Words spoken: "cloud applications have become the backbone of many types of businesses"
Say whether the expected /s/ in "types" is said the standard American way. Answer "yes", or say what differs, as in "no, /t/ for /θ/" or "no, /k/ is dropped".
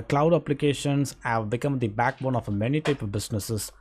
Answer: no, /s/ is dropped